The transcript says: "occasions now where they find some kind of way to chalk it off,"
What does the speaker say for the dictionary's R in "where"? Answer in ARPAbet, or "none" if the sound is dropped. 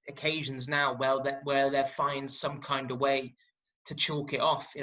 L